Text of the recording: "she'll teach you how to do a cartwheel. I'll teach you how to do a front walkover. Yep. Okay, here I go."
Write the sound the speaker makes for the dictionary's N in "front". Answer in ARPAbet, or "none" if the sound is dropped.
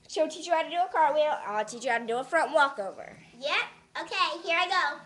N